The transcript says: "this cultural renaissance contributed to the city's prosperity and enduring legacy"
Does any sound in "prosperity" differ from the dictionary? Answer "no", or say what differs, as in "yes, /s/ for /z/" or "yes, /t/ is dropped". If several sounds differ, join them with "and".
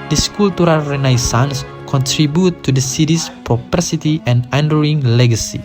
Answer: yes, /s/ is dropped